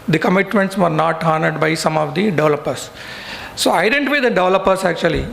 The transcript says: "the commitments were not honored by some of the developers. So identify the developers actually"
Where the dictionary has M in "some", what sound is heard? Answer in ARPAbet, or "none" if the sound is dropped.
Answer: M